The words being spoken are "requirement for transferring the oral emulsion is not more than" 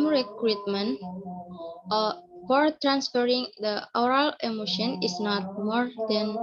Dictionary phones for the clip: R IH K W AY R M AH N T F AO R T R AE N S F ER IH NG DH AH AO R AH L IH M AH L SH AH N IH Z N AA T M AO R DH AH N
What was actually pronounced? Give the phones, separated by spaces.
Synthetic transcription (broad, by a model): R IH K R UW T M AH N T F AO R T R AE N S F ER IH NG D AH AO R AH L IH M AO SH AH N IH S N AA T M AO R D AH N